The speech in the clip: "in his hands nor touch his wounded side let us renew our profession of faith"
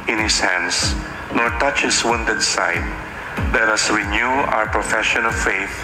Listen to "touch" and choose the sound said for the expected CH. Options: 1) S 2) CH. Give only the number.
2